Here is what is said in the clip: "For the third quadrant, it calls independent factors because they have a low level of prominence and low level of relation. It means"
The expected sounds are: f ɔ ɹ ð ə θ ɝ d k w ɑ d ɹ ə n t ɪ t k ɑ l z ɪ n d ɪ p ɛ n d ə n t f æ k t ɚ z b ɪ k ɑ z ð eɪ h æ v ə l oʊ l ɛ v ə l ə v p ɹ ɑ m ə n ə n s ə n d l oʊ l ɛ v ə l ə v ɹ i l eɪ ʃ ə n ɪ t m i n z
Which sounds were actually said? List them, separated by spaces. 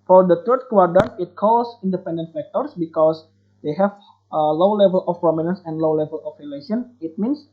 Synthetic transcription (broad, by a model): f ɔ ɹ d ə t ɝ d k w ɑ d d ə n ɪ t k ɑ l s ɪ n d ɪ p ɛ n d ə n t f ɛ k t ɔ s b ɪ k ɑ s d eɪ h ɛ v ə l oʊ l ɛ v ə l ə f p ɹ ɑ m ə n ə n s ə n d l oʊ l ɛ v ə l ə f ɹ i l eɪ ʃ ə n ɪ t m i n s